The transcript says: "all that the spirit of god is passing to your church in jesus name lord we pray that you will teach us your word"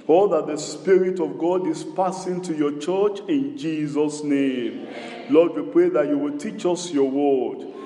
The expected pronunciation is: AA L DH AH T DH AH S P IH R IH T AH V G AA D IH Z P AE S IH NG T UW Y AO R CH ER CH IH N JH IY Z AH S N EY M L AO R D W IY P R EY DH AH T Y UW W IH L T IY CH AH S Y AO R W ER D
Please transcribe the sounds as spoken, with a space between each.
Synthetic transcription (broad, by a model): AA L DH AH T DH AH S P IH R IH T AH V G AA D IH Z P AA S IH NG T UW Y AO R CH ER CH IH N JH IY Z AH S N EY M L AO D W IY P R EY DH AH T Y UW W IH L T IY CH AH S Y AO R W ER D